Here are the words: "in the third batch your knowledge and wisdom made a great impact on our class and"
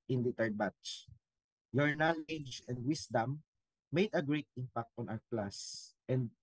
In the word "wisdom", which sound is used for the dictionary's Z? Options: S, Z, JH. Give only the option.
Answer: S